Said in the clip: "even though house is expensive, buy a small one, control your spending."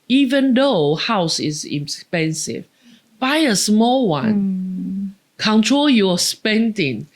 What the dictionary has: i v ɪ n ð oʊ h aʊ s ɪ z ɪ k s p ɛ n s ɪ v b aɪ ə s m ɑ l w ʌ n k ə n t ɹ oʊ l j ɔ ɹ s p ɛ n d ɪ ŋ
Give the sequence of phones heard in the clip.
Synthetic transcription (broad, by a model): i v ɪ n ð oʊ h aʊ s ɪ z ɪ s p ɛ n s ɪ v b aɪ ə s m ɑ l w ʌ n k ə n t ɹ oʊ l j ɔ s p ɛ n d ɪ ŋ